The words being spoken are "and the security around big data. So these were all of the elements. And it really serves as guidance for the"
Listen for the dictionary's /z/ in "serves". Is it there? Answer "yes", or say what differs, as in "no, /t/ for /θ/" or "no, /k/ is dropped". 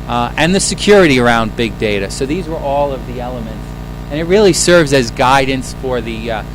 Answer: yes